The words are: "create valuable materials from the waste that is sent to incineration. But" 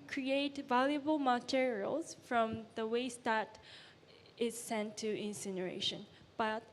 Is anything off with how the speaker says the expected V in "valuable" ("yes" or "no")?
no